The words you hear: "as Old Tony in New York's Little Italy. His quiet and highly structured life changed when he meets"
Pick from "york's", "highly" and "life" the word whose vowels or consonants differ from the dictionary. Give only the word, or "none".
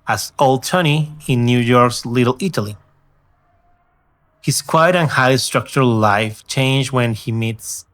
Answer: highly